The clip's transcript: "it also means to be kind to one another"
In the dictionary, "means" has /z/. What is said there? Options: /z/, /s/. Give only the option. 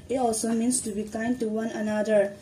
/s/